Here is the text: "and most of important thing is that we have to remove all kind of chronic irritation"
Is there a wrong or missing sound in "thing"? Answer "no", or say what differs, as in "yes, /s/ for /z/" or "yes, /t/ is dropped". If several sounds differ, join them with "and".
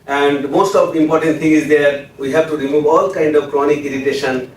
yes, /t/ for /θ/